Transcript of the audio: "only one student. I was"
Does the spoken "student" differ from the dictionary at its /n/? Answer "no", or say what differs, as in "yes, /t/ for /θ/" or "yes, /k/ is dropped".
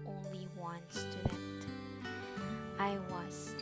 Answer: yes, /n/ is dropped